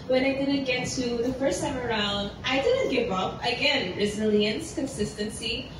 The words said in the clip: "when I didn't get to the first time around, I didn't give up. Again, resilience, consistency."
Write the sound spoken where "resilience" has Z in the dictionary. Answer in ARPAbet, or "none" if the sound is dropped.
Z